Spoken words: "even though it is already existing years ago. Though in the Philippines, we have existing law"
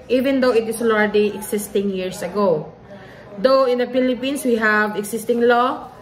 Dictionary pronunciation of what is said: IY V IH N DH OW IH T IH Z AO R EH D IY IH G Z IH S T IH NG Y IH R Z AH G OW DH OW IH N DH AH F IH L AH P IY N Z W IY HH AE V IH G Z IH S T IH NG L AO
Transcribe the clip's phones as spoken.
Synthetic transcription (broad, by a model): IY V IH N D OW IH T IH S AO L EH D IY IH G S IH S T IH NG Y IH R S AH G OW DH OW IH N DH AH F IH L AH P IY N S W IY HH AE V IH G S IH S T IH NG L AO